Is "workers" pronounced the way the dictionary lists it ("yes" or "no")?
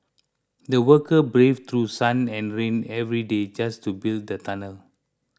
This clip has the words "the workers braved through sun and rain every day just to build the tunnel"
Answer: no